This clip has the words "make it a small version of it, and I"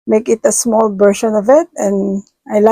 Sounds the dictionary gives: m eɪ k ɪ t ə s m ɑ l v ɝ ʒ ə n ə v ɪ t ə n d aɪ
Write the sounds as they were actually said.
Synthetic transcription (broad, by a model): m eɪ k ɪ t ə s m ɑ l b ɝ ʃ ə n ə v ɪ t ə n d aɪ